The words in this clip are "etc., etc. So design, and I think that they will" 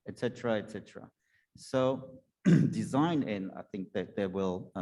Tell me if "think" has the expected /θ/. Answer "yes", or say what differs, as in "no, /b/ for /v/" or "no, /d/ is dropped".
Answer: yes